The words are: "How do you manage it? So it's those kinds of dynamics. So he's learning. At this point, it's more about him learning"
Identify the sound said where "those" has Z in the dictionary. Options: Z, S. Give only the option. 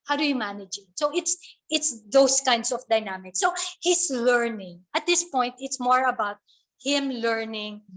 S